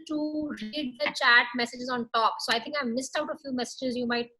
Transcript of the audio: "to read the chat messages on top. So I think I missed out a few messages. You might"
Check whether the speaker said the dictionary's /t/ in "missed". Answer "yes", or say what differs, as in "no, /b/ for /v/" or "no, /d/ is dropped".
yes